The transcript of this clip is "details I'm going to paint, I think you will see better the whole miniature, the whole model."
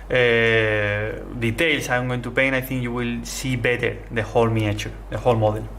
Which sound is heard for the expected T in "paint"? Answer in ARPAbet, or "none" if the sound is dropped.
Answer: none